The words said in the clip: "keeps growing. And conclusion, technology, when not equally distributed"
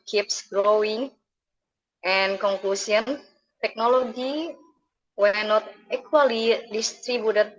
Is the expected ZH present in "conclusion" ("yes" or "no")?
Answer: no